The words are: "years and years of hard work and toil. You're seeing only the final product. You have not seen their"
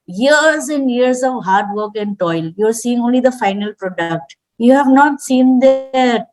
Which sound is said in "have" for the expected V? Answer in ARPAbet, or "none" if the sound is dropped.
V